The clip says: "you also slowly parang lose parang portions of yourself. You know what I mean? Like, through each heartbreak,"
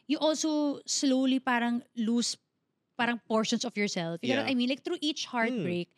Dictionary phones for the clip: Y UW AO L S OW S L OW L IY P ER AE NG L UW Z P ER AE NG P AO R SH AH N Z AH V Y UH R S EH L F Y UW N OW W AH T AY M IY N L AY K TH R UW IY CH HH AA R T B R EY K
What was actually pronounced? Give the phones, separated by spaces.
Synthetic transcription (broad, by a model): Y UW AO L S OW S L OW L IY P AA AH NG L UW S P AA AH NG P AO R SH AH N S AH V Y UH R S EH L F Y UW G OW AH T AY M IY N L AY K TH R UW IY CH HH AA R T B R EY K